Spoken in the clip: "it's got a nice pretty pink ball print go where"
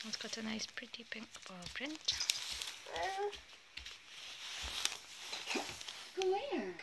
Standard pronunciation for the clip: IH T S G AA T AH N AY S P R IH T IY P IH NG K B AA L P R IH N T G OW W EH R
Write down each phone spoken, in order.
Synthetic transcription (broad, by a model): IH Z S G AA T AH N AY S P R IH T IY P IH NG K B AA L P R IH N T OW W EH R